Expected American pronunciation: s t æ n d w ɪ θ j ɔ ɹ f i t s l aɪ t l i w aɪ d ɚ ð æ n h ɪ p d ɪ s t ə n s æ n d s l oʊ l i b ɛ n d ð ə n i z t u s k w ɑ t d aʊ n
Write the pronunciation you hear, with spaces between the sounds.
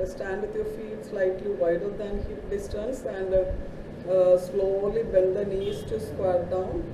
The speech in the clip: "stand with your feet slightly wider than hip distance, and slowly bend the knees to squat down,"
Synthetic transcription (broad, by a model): s t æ n d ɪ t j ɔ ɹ f i t s l aɪ t l i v aɪ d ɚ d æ n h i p d ɪ s t ə n s æ n d s l oʊ l i b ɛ l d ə n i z t u s k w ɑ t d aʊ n